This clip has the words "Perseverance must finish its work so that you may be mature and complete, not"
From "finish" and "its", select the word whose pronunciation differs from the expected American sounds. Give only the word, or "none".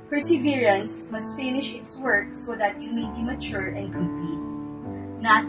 none